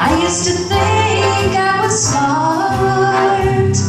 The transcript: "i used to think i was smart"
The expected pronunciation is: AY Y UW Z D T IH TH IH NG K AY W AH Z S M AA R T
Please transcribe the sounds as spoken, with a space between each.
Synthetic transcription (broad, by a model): AY Y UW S T IH TH IH NG K AY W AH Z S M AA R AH